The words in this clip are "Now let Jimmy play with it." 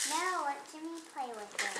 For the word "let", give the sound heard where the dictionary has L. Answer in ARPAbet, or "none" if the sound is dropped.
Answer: W